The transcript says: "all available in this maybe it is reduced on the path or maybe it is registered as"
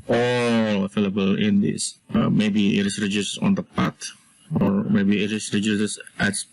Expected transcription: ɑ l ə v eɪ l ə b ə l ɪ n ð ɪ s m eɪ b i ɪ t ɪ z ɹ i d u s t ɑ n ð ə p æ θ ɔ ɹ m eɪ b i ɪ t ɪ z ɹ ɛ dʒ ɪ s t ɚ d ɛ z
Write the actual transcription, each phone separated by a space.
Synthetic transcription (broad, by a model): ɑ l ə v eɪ l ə b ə l ɪ n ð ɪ s m eɪ b i ɪ t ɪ s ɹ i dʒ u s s ɑ n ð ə p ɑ t ɔ ɹ m eɪ b i ɪ t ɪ s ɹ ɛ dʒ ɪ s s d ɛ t